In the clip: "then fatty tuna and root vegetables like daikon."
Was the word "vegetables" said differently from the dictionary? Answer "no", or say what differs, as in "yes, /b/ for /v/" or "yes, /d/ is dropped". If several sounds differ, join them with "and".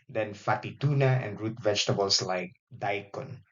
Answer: yes, /s/ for /z/